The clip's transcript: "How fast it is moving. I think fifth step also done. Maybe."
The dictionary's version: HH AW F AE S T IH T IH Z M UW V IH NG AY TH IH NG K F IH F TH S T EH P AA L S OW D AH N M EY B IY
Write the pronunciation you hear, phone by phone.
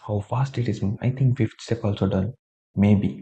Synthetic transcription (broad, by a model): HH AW F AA S T IH T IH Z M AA IH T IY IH NG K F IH F T S T EH P AA L S OW D AH N M EY B IY